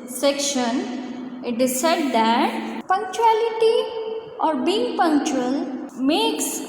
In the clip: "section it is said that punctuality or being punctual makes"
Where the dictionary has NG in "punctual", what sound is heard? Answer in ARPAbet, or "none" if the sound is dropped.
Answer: NG